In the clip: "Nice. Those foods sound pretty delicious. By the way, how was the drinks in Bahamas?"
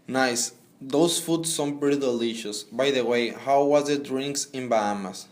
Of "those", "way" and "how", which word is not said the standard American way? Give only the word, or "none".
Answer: those